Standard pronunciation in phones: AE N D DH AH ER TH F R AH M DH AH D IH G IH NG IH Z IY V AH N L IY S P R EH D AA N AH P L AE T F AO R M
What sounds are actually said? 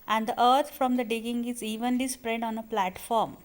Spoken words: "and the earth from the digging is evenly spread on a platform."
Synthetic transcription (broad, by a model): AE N D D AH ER T F R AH M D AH D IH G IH NG IH Z IY V AH N L IY S P R EH D AA N AH P L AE T F AO R M